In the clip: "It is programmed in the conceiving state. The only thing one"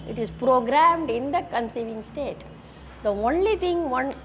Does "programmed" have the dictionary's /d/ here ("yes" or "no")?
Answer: yes